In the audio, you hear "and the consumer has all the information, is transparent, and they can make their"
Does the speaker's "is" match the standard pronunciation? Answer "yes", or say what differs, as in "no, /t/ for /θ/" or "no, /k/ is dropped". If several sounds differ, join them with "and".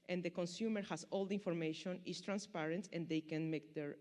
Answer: no, /s/ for /z/